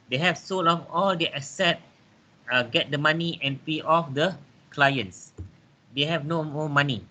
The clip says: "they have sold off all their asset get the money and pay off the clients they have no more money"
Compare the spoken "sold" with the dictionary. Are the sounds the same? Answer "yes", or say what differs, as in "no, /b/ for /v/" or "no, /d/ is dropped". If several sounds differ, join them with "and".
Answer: no, /d/ is dropped